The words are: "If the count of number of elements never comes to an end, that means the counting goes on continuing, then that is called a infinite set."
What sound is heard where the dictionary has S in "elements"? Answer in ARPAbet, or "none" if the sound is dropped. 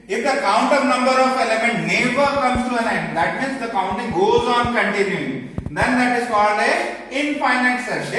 none